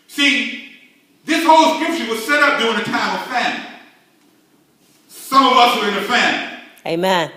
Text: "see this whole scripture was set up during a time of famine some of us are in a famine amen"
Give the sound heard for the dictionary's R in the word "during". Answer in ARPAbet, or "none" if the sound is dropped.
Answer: none